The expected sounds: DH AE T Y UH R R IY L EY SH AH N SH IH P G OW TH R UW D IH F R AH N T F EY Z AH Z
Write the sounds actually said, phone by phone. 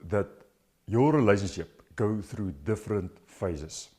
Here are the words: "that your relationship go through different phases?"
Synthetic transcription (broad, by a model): DH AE T Y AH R R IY L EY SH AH N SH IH P G OW TH R UW D IH F R AH N T F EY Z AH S